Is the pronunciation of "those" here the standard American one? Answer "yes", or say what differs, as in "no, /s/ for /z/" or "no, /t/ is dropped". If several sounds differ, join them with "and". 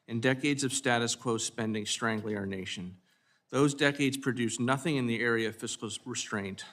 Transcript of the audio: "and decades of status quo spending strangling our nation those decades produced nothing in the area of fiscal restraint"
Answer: yes